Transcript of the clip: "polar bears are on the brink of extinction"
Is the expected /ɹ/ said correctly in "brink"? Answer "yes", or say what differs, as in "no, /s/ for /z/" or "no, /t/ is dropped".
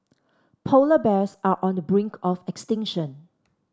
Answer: yes